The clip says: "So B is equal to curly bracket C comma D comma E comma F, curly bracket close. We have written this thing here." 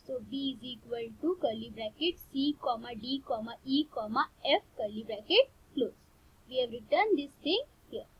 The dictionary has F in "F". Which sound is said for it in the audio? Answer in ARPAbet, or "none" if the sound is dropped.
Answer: F